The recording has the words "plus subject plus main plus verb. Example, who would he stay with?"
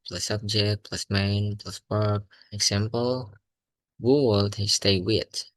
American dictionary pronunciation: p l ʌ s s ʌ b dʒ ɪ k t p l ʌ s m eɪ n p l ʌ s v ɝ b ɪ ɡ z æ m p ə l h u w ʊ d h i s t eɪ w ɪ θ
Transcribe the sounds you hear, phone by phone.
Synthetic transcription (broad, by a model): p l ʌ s s ʌ b dʒ ɪ k t p l ʌ s m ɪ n p l ʌ s p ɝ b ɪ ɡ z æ m p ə l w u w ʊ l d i s t eɪ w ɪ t